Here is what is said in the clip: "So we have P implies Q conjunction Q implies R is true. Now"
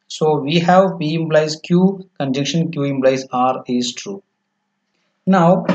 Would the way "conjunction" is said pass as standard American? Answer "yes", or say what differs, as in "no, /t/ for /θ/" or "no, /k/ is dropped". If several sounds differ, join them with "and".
no, /ŋ/ is dropped